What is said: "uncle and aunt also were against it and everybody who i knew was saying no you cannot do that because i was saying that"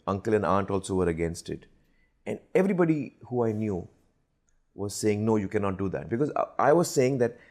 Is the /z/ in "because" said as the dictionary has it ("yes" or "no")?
yes